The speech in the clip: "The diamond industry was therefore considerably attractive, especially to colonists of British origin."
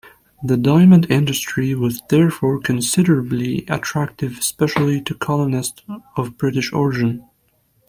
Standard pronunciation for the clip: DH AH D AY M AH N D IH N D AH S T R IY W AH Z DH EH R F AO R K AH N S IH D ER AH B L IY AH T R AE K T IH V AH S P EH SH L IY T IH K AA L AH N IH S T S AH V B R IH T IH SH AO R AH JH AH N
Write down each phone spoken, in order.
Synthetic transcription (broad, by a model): DH AH D AY M AH N D IH N D AH S T R IY W AH Z DH EH R F AO R K AH N S IH D ER AH B L IY AH T R AE K T IH V S P EH SH L IY T IH K AA L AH N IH S T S AH V B R IH T IH SH AO R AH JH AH N